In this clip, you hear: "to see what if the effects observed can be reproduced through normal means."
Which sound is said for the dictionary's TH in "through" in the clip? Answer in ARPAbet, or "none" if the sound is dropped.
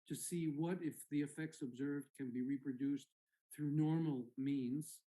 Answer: TH